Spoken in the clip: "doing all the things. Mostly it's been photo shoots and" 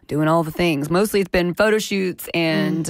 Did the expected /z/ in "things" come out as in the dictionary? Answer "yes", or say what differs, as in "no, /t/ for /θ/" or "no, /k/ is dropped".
yes